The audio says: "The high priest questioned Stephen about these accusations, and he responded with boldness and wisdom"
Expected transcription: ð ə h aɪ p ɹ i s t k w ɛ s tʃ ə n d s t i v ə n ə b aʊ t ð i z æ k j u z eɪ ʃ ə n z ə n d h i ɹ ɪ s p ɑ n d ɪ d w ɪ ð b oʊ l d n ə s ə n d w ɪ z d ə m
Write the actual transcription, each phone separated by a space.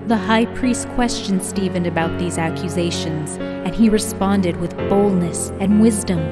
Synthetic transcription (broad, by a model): ð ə h aɪ p ɹ i s t k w ɛ s tʃ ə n s t i v ə n ə b aʊ t ð i z æ k j u z eɪ ʃ ə n z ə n i ɹ ɪ s p ɑ n d ɪ d w ɪ ð b oʊ l d n ə s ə n w ɪ z d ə m